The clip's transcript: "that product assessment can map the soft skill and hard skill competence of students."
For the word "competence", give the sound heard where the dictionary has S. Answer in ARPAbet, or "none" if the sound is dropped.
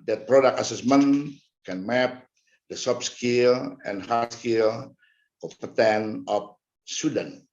none